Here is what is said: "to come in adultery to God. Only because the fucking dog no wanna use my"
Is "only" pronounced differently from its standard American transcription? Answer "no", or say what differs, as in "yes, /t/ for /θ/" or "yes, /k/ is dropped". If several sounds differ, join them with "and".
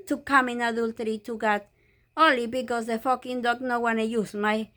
yes, /n/ is dropped